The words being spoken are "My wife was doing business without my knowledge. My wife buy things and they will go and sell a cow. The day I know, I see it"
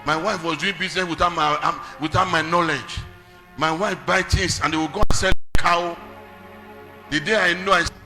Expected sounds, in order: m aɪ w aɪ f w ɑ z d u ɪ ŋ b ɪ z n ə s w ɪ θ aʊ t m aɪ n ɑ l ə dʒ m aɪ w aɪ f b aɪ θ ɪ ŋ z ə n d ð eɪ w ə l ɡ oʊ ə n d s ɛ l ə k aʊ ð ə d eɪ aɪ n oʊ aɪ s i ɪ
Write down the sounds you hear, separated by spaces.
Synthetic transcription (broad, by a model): m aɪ w aɪ f w ɑ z d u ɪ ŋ b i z n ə s w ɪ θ aʊ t m aɪ n ɑ l ə dʒ m aɪ w aɪ f b aɪ t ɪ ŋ s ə n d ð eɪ w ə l ɡ oʊ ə n s ɛ l k aʊ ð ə d eɪ aɪ n oʊ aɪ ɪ